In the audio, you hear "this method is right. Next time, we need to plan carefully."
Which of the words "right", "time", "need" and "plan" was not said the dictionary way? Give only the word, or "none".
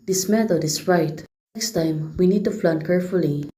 plan